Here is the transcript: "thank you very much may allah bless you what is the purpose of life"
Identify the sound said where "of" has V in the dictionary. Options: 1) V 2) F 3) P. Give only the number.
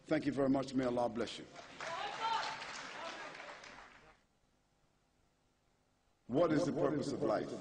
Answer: 1